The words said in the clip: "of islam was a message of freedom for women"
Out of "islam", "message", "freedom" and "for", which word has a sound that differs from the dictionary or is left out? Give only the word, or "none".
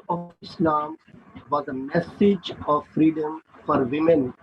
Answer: none